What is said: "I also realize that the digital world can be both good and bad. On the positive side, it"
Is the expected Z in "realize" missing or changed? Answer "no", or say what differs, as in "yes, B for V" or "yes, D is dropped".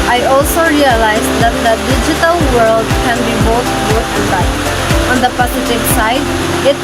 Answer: no